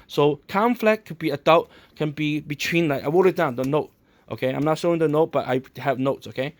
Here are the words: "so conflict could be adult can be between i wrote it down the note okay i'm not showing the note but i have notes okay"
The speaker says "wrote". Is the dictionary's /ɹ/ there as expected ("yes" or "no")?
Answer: no